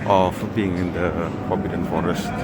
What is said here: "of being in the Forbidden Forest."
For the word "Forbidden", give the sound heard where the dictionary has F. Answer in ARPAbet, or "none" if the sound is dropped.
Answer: P